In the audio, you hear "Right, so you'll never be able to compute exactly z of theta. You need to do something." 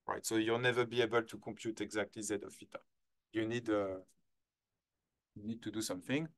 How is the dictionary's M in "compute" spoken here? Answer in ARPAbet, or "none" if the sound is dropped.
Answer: M